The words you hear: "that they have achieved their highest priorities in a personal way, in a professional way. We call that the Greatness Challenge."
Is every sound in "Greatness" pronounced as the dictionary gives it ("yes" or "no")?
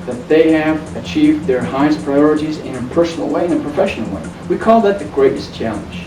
no